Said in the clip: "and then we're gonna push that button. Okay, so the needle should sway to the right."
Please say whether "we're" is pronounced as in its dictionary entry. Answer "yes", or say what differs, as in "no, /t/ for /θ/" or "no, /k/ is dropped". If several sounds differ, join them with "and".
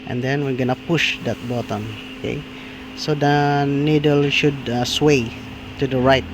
yes